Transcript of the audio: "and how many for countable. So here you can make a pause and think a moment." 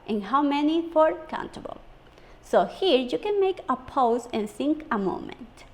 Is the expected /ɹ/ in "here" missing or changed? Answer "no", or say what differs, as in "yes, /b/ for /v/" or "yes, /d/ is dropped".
no